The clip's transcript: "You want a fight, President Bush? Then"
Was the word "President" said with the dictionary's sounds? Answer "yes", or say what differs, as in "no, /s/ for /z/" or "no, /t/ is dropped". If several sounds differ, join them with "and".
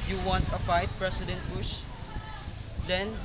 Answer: no, /s/ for /z/